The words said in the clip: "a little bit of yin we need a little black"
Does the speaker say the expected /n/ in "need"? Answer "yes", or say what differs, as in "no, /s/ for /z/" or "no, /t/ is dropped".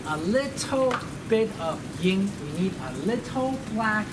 yes